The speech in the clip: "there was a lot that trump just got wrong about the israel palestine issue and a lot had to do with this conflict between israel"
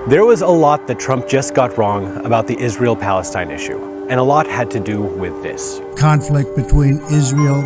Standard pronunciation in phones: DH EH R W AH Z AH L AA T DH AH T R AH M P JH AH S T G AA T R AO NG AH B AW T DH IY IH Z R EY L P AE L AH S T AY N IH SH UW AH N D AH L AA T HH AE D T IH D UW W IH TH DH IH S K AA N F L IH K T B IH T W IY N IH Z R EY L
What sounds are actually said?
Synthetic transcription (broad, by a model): DH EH R W AH Z AH L AA T DH AH T R AH M P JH AH S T G AA T R AO NG AH B AW T DH IY IH Z R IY L P AE L AH S T AY N IH SH UW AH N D AH L AA T HH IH D T IH D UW W IH DH IH S K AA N F L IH K T B IH T W IY N IH Z R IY L